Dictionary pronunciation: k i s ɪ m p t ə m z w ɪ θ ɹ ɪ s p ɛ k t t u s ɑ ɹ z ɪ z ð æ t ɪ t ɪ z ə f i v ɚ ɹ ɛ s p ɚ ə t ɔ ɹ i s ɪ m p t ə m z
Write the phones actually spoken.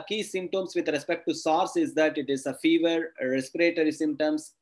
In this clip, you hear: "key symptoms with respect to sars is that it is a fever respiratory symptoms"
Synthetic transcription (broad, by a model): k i s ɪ m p t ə m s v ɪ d ɹ ɪ s p ɛ k t t u s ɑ ɹ s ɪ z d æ t ɪ t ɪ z ə f i v ɚ ɹ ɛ s p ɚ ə t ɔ ɹ i s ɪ m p t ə m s